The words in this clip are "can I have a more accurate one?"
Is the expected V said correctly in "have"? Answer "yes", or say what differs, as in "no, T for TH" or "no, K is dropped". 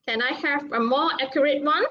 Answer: no, F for V